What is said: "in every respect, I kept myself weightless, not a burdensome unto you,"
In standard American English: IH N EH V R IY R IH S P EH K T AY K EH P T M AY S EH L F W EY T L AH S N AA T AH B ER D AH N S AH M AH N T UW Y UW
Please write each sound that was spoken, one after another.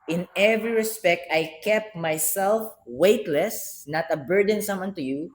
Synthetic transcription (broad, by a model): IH N EH V R IY R IH S P EH K T AY K EH P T M AY S EH L F W EY T L AH S N AA T AH B ER D AH N S AH M AH N T UW Y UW